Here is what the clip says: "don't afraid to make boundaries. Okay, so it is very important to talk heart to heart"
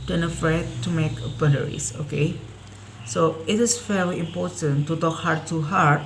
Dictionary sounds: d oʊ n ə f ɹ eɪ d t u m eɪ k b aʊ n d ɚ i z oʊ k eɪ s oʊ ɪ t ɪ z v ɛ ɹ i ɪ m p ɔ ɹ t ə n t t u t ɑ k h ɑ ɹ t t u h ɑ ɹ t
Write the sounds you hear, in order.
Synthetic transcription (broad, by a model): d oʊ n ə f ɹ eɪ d t u m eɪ k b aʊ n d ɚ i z oʊ k eɪ s oʊ ɪ t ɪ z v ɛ l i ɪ m p ɔ ɹ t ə n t t u t ɑ k h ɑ ɹ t t u h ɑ ɹ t